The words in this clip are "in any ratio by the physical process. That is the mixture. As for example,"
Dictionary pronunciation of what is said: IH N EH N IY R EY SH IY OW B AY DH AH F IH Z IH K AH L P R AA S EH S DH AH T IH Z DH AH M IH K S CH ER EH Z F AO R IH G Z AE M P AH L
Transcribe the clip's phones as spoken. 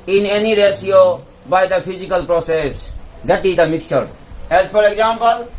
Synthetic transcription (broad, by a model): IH N EH N IY R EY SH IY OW B AY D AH F IH Z IH K AH L P R AA S EH S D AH T IH Z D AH M IH K S CH ER EH Z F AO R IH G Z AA M P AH L